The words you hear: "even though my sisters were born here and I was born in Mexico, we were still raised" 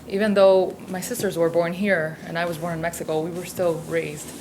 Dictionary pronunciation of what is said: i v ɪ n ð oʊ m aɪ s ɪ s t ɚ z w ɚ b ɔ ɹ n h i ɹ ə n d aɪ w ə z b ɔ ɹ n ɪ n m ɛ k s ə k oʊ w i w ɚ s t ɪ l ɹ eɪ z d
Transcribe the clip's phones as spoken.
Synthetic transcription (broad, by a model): i v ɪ n ð oʊ m aɪ s ɪ s t ɚ z w ɚ b ɔ ɹ n h i ɹ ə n aɪ w ə z b ɔ ɹ n ɪ n m ɛ k s ə k oʊ w i w ɚ s t ɪ l ɹ eɪ z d